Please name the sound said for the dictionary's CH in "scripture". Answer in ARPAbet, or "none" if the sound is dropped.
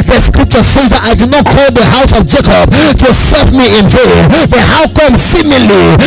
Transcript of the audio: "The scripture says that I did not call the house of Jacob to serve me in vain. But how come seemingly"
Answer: CH